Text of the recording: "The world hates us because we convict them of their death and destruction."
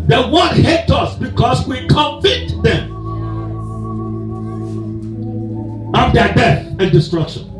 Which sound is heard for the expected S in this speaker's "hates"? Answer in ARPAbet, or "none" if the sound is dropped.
none